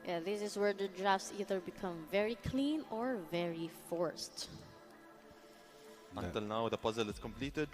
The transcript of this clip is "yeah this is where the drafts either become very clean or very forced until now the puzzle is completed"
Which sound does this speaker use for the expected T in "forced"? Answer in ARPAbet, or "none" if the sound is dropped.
T